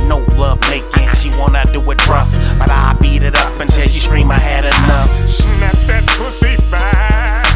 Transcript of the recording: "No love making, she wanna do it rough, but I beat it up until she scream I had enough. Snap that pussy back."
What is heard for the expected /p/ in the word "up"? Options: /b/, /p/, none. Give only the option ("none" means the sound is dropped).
/p/